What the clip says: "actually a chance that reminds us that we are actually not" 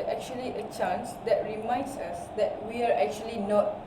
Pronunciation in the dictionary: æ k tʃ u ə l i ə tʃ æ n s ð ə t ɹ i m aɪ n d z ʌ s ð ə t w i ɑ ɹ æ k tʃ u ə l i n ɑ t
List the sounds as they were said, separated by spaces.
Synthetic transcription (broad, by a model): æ k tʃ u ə l i ə tʃ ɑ n s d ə t ɹ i m aɪ n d s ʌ s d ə t w i ɑ ɹ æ k tʃ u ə l i n ɑ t